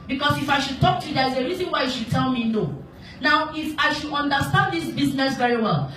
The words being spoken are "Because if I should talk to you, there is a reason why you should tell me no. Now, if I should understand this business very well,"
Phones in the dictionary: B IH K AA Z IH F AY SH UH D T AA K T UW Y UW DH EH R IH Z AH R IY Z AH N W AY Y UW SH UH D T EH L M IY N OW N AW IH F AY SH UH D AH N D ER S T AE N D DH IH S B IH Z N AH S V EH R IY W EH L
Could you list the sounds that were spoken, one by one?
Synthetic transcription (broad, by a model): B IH K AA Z IH F AY SH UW D T AA K T UW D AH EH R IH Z AH R IY Z AH N W AY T SH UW D T EH L M IY N OW N AW IH F AY SH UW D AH N D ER S T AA N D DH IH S B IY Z N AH S V EH R IY W EH L